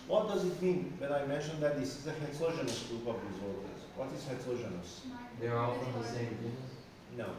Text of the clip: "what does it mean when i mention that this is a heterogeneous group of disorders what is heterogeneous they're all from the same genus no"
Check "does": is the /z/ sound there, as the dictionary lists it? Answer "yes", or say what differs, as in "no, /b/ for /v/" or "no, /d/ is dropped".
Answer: yes